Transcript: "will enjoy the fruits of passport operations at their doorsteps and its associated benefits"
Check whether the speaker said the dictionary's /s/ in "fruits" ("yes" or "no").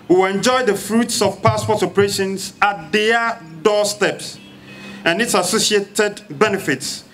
yes